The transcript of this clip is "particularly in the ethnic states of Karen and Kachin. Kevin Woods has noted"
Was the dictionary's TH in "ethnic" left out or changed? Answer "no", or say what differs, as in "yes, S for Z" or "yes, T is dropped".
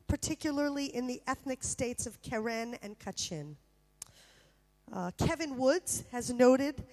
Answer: no